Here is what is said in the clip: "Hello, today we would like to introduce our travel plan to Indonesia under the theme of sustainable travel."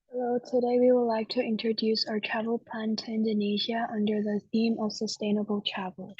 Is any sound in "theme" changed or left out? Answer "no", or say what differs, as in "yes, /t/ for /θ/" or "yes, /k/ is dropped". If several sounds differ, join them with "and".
no